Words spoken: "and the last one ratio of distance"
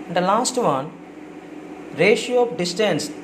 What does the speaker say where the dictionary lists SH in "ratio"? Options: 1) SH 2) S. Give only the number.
1